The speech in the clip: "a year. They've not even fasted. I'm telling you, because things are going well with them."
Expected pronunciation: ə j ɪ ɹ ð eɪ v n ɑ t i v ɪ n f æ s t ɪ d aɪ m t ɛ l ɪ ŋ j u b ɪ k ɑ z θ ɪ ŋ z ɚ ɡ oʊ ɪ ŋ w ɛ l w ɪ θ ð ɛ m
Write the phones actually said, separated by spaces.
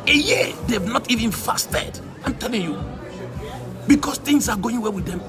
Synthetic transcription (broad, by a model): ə j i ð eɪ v n ɑ t i v ɪ n f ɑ s t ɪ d aɪ m t ɛ l ɪ ŋ j u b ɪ k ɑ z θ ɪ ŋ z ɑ ɡ oʊ ɪ ŋ w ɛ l w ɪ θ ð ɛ m